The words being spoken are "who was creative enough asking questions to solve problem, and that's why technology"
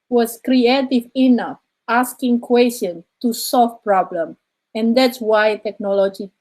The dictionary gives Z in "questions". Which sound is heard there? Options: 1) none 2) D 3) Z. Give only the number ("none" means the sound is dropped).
1